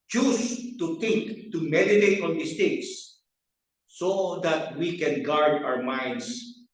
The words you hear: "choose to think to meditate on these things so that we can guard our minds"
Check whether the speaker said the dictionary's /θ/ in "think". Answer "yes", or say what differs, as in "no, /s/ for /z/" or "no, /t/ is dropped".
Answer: no, /t/ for /θ/